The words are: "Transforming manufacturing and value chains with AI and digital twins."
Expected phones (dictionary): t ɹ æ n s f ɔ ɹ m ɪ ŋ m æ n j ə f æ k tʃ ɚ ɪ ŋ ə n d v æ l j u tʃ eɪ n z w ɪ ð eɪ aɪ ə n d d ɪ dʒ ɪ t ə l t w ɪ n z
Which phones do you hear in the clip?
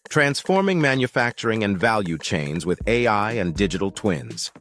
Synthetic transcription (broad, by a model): t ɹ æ n s f ɔ ɹ m ɪ ŋ m æ n j ə f æ k tʃ ɚ ɪ ŋ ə n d v æ l j u tʃ eɪ n z w ɪ ð eɪ aɪ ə n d d ɪ dʒ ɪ t l t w ɪ n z